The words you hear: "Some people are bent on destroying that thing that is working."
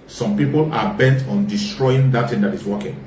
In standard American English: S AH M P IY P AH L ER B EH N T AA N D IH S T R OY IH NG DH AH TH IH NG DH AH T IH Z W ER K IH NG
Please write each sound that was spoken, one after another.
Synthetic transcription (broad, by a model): S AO M P IY P AH L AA B EH N T AA N D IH S T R OY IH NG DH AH T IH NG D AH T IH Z W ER K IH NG